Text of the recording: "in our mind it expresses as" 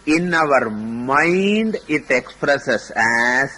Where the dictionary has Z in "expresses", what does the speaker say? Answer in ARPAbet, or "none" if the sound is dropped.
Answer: S